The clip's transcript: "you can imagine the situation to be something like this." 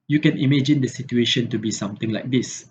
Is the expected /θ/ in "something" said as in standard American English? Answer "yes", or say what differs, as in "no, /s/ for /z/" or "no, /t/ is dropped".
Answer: no, /t/ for /θ/